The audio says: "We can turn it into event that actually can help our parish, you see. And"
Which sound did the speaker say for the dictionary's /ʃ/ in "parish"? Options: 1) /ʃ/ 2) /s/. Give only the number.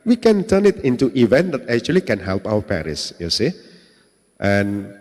2